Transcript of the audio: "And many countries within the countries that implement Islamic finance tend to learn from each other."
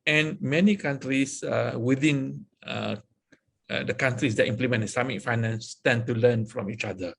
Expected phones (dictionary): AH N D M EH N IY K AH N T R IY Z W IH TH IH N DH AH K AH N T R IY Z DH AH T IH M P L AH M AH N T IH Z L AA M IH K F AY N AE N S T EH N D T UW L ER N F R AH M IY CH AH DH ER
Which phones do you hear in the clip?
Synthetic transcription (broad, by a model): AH N M EH N IY K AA N T R IY S W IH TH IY N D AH K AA N T R IY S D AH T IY M P L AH M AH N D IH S AA M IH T F AY N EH N S T EH N T UW L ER N F R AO M IY CH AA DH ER